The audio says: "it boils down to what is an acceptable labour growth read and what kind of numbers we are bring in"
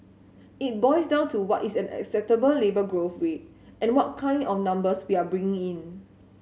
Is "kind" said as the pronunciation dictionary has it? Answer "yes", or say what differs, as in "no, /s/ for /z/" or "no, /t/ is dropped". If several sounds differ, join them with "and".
yes